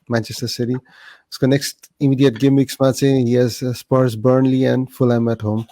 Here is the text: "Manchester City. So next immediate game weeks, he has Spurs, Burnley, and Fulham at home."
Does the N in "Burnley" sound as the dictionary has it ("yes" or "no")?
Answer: yes